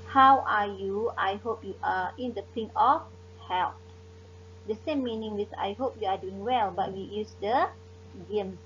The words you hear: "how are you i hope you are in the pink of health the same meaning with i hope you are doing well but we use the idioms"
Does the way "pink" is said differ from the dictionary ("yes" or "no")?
yes